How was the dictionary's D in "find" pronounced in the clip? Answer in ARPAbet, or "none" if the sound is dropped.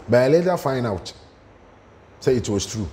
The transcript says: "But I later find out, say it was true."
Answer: none